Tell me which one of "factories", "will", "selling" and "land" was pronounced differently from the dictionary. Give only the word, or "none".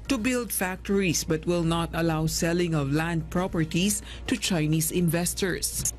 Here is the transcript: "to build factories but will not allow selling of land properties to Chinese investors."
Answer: factories